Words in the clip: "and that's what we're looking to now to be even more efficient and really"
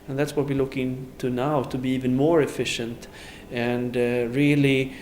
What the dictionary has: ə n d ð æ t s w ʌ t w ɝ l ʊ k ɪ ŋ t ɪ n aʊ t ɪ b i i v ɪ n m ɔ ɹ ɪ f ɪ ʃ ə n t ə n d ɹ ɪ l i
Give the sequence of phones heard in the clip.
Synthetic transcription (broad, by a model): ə n ð æ t s w ʌ t w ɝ l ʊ k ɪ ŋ t ɪ n aʊ t ɪ b i i v ɪ n m ɔ ɹ ɪ f ɪ ʃ ə n t ə n d ɹ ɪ l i